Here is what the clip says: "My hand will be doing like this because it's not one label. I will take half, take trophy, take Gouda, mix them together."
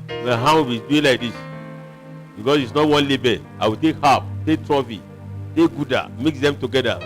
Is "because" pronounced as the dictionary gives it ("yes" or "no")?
no